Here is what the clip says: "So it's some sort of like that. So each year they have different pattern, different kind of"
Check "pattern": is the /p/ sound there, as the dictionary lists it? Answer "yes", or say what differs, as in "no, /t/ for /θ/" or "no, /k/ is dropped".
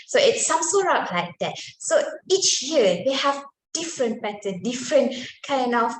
no, /b/ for /p/